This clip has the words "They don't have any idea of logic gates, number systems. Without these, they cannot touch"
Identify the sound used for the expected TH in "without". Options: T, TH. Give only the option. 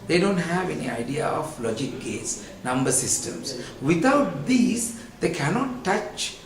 T